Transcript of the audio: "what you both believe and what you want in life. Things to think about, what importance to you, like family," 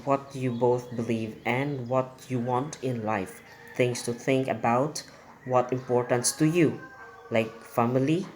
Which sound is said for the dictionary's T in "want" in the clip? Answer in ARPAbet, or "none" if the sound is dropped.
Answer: T